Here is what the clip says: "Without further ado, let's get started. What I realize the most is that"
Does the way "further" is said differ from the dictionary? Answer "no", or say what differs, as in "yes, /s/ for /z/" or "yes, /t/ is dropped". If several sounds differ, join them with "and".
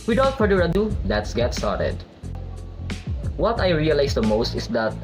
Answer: yes, /p/ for /f/